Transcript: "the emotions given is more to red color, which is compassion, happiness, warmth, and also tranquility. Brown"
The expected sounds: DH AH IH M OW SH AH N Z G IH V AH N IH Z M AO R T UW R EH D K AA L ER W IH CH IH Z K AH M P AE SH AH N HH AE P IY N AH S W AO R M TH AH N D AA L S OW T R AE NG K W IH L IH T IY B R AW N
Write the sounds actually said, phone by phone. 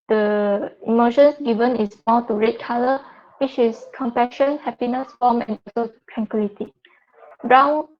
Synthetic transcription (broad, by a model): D AH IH M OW SH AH N S G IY V AH N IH S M AO T UW R EH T K AA L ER W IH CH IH S K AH M P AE SH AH N HH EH P IY N AH S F AO M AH N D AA S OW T R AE NG K W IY L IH T IY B R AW N